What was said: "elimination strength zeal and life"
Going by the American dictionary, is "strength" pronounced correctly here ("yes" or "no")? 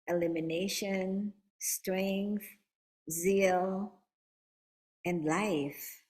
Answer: yes